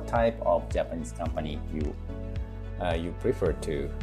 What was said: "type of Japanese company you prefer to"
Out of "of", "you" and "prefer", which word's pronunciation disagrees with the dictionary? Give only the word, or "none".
of